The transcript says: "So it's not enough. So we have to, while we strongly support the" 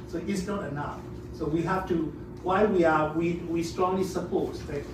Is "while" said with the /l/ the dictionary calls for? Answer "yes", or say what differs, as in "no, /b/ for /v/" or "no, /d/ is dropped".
no, /w/ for /l/